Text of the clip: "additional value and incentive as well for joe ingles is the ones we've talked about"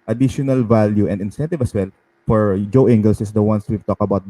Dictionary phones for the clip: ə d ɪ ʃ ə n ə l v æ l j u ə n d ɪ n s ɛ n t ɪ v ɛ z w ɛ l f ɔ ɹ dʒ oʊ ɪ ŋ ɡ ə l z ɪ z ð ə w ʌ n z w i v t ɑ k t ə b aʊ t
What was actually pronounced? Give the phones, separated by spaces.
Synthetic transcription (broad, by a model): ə d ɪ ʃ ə n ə l v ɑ l j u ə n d ɪ n s ɛ n t ɪ v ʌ s w ɛ l f ɔ ɹ dʒ oʊ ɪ ŋ ɡ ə l s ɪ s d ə w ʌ n s w i v t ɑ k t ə b aʊ t